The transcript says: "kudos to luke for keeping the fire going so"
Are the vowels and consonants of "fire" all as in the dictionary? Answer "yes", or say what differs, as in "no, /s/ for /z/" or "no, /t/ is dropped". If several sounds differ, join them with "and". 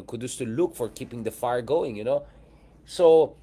yes